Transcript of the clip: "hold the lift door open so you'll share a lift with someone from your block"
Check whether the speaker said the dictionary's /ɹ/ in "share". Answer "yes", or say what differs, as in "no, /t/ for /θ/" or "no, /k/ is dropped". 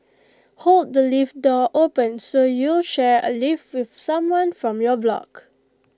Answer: yes